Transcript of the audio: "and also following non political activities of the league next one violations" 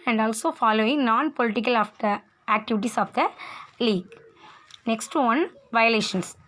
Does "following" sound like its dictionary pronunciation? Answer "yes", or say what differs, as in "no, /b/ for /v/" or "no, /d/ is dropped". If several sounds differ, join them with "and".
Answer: yes